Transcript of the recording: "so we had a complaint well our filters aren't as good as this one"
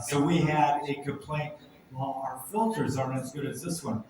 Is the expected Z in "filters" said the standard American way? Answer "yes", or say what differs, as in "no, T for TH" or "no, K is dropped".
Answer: yes